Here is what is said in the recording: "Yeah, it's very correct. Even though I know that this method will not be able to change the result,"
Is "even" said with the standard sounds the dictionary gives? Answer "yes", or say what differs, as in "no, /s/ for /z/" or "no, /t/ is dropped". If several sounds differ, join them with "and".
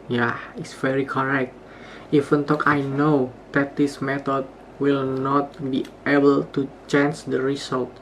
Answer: no, /f/ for /v/